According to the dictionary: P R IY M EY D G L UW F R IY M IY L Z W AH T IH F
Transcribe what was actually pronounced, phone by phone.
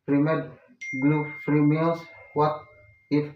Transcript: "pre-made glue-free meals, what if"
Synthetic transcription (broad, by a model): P R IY M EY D G L UW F R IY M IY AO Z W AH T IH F